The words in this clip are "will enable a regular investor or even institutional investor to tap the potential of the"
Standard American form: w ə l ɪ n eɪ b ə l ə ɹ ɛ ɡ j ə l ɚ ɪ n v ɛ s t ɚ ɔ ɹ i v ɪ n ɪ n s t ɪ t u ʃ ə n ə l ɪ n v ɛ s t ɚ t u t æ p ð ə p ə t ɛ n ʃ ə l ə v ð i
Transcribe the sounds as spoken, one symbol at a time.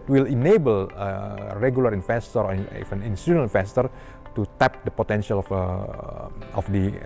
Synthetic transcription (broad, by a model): w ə l ɪ n eɪ b ə l ə ɹ ɛ ɡ j ə l ɚ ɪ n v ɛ s t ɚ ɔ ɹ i f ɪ n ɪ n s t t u ə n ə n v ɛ s t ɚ t u t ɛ p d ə p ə t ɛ n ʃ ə l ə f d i